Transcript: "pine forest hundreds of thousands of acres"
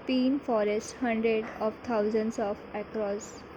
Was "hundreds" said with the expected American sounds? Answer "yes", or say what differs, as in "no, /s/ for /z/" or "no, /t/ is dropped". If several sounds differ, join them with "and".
no, /z/ is dropped